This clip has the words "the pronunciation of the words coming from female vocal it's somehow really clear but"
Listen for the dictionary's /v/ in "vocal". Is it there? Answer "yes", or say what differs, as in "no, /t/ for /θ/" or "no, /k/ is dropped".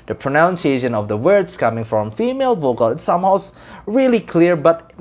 yes